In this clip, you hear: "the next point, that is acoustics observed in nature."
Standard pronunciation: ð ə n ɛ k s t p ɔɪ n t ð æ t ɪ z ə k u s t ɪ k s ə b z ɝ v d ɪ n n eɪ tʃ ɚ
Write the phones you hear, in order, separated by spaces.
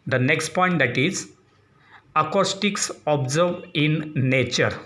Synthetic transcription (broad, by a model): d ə n ɛ k s t p ɔɪ n t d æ t ɪ z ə k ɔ s t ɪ k s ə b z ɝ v ɪ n n eɪ tʃ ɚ